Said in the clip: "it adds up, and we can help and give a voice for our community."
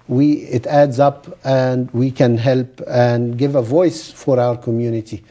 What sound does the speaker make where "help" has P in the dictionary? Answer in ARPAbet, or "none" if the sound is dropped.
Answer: P